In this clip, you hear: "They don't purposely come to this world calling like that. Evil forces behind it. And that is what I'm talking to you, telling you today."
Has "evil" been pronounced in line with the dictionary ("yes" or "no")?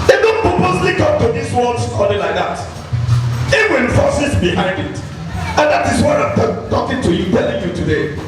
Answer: no